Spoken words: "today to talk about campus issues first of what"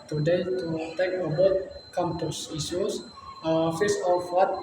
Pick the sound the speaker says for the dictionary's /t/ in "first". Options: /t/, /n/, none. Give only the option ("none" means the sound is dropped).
none